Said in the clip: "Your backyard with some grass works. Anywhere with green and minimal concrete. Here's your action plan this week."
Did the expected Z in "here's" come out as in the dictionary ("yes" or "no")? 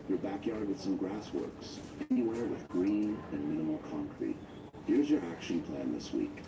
yes